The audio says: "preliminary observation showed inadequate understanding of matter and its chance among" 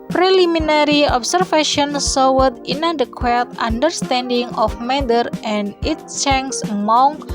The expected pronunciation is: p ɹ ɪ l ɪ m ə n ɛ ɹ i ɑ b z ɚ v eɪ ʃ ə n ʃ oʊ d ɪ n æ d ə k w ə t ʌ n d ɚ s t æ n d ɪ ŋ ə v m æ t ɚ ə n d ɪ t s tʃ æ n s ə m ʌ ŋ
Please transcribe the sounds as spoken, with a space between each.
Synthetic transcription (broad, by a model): p ɹ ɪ l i m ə n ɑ ɹ i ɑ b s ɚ f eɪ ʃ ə n s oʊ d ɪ n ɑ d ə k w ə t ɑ n d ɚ s t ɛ n d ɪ ŋ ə f m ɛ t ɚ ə n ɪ t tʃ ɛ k s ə m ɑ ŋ